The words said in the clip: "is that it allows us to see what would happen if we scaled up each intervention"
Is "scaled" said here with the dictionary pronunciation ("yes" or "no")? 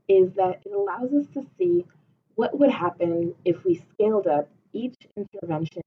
yes